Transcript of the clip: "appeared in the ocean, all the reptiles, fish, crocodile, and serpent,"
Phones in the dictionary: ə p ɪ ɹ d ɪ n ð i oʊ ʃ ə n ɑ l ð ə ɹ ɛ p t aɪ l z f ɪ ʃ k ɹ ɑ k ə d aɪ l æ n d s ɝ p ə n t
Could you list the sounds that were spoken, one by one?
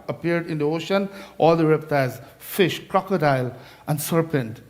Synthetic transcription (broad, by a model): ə p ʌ ɹ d ɪ n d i oʊ ʃ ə n ɑ l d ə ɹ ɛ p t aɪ z f ɪ ʃ k ɹ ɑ k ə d aɪ l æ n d s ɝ p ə n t